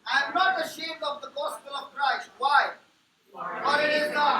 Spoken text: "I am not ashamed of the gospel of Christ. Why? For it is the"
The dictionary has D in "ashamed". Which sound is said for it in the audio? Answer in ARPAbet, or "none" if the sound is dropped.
none